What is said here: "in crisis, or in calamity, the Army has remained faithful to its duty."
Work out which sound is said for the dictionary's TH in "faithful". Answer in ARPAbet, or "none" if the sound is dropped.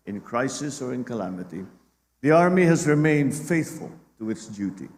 TH